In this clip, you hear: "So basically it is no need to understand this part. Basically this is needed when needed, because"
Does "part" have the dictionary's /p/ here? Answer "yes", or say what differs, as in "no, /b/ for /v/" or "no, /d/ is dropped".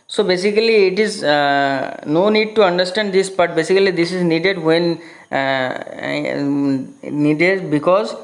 no, /b/ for /p/